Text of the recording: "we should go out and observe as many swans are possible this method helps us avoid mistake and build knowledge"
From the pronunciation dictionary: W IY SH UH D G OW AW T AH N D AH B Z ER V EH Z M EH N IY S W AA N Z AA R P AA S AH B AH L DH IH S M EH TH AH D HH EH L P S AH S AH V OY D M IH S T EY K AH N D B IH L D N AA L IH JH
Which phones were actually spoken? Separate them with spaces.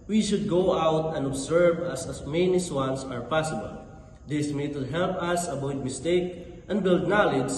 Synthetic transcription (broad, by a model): W IY SH UH D G OW AW T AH N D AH B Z ER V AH S M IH N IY S W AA N S AA R P AA S AH B AH L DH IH S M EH T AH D HH EH L P AH S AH B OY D M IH S T EY K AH N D B IH L D N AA L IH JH